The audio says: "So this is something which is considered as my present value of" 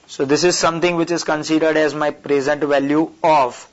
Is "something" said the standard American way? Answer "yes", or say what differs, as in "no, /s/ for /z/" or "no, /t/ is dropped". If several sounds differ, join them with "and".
no, /t/ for /θ/